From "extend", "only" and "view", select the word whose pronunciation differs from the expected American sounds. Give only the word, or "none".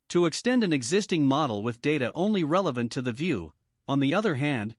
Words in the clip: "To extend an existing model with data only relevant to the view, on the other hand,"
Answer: none